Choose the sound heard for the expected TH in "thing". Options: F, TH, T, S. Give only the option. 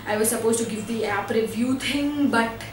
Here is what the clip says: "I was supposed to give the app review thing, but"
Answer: T